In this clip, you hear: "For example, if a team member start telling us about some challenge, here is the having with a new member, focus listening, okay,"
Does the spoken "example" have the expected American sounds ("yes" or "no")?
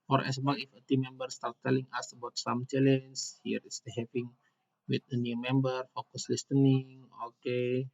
no